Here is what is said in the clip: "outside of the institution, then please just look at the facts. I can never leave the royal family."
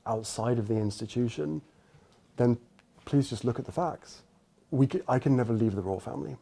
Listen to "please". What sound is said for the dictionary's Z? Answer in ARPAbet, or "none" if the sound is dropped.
Z